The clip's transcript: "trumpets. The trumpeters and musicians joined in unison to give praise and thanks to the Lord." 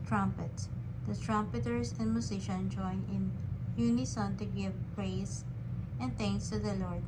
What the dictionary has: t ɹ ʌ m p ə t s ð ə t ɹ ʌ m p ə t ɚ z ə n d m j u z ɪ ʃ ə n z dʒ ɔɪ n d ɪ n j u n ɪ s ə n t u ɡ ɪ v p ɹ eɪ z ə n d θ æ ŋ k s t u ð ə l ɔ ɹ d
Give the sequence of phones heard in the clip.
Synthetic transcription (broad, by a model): t ɹ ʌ m p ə t s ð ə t ɹ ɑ m p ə t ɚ s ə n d m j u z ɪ ʃ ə n dʒ ɔɪ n ɪ n j u n ɪ s ə n t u ɡ ɪ v p ɹ eɪ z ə n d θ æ ŋ k s t u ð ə l ɔ ɹ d